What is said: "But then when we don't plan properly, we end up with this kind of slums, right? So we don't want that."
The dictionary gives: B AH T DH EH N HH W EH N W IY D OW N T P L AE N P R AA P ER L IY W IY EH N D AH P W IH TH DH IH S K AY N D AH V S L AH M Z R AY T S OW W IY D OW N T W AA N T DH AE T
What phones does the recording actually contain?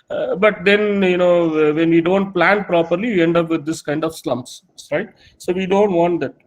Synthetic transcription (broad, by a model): B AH T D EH N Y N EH N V IY D OW N T P L AE N P R AA P ER L IY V IY EH N D AH P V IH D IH S K AY N D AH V S L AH M S R AY T S OW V IY D OW N T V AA N T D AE T